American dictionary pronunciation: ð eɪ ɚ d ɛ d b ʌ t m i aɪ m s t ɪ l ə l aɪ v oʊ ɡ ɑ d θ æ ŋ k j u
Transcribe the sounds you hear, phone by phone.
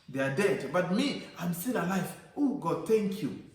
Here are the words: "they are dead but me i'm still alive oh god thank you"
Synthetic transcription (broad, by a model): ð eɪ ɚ d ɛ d b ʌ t m i aɪ m s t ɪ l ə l aɪ f oʊ ɡ ɑ d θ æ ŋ k j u